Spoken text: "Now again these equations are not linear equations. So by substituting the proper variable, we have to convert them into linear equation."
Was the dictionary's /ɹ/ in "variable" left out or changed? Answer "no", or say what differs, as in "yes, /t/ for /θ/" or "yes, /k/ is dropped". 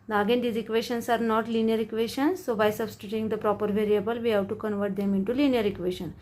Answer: no